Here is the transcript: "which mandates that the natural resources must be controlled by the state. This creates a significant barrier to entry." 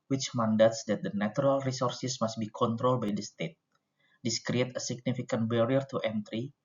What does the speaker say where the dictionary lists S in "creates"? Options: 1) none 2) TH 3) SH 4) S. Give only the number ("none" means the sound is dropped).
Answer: 1